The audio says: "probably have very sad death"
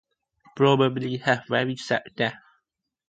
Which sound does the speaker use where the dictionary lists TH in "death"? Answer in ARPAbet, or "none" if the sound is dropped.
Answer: F